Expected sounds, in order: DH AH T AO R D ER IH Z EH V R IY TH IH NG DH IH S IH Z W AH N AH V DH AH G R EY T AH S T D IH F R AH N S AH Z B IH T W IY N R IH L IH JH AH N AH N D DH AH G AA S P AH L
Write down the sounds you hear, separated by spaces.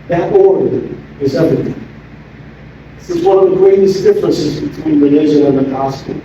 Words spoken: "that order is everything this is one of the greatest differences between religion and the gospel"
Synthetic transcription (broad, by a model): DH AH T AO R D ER IH Z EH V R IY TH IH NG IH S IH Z W AH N AH V DH AH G R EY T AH S D IH F R AH N S AH Z B IH T W IY N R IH N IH ZH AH AH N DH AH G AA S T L